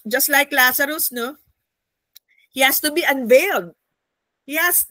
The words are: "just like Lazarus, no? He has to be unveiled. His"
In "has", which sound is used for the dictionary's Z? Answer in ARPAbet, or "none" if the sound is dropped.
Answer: S